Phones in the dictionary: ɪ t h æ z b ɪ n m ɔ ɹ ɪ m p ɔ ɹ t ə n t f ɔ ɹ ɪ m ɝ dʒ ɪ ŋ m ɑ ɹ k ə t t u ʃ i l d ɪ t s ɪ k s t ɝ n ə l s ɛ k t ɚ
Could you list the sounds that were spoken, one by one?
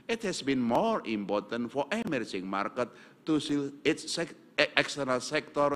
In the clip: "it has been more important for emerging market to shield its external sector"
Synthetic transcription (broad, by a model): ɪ t h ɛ s b ɪ n m ɔ ɹ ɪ m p ɔ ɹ t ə n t f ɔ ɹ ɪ m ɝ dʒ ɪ ŋ m ɑ ɹ k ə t t u s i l ɪ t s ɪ k s t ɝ n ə l s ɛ k t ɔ